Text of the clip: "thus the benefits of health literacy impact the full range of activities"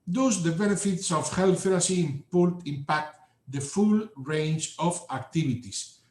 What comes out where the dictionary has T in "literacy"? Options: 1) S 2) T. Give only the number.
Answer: 1